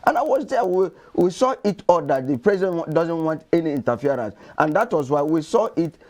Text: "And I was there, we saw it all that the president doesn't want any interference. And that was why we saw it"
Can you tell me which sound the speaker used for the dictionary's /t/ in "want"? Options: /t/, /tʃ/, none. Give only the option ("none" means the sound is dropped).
/t/